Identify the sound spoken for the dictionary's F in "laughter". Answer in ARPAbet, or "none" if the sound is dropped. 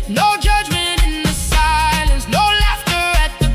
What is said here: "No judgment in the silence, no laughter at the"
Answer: F